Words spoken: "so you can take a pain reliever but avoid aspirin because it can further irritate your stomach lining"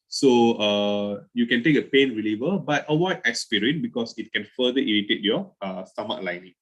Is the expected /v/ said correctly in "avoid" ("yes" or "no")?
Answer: no